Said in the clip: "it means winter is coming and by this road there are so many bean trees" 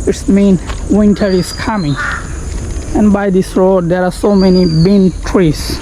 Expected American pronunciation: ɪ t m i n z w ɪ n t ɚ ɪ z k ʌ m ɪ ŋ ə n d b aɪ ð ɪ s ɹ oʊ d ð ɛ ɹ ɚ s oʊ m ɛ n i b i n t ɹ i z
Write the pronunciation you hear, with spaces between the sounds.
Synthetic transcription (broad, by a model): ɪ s m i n w ɪ n t ɚ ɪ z k ʌ m ɪ ŋ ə n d b aɪ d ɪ s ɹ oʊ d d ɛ ɹ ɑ s oʊ m ɛ n i b i n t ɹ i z